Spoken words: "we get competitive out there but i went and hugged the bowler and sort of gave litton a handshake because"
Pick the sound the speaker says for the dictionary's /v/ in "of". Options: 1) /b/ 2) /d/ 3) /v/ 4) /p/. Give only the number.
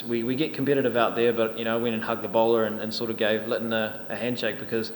3